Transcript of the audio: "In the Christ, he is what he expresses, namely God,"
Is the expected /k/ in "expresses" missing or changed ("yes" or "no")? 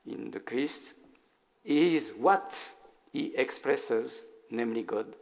no